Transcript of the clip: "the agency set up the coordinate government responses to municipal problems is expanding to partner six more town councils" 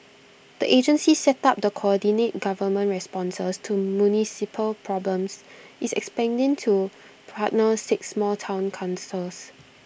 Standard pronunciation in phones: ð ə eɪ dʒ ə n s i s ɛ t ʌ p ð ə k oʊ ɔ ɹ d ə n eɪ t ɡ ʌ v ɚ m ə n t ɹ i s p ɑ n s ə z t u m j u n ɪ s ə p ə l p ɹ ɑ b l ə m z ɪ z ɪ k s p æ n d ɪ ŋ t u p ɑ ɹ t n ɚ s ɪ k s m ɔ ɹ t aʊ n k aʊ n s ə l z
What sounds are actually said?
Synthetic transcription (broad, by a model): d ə eɪ dʒ ə n s i s ɛ t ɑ p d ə k oʊ ɔ d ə n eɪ t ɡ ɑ v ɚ m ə n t ɹ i s p ɑ n s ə s t u m j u n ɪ s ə p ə l p ɹ ɑ b l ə m s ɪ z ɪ k s p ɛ n d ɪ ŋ t u p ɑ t n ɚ s ɪ k s m ɔ l t aʊ n k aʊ n s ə l s